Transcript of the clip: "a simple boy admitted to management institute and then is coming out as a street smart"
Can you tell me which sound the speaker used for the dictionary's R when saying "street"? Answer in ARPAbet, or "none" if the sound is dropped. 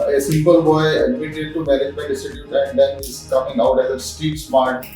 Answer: none